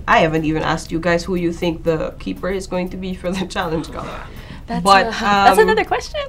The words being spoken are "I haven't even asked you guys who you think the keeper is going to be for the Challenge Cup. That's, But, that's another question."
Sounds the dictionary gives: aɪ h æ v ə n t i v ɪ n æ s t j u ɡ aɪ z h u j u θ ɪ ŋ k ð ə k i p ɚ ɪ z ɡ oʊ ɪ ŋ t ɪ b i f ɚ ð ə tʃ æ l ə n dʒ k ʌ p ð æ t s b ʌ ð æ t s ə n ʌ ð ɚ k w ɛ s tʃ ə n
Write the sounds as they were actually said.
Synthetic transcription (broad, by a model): aɪ h æ v ə n t i v ɪ n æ s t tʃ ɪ ɡ aɪ z h u j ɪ θ ɪ ŋ k ð ə k i p ɚ ɪ z ɡ oʊ ɪ ŋ t ɪ b i f ɚ ð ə tʃ æ l ə n dʒ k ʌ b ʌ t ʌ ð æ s ə n ʌ ð ɚ k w ɛ s tʃ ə n